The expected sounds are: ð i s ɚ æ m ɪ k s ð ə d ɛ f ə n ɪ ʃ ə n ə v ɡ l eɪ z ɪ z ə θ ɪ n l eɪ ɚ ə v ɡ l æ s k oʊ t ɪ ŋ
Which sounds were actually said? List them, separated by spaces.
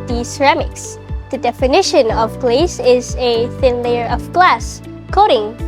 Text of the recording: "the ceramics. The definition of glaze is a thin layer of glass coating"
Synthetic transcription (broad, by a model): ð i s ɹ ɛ m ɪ k s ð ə d ɛ f ə n ɪ ʃ ə n ə v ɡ l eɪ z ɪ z ə θ ɪ n l eɪ ɚ ə v ɡ l æ s k oʊ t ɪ ŋ